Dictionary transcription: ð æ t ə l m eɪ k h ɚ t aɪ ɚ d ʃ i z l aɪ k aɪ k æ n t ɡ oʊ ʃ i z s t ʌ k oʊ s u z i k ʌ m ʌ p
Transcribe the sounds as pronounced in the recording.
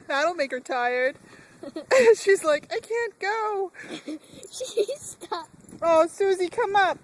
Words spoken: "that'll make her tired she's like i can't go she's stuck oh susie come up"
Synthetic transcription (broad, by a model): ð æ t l m eɪ k h ɚ t aɪ ɚ d ʃ i z l aɪ k aɪ k æ n ɡ oʊ ʃ i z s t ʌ oʊ s u z i k ʌ m ʌ p